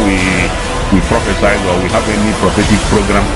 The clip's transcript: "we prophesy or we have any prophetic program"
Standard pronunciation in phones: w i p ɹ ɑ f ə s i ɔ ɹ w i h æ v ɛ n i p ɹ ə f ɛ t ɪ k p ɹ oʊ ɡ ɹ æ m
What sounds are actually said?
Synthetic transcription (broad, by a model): w i p ɹ ɑ f ə s i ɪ w w i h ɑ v ɛ n i p ɹ ə f ɛ t ɪ k p ɹ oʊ ɡ ɹ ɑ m